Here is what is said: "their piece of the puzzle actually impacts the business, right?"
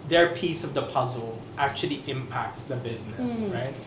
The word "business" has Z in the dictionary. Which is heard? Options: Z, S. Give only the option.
Z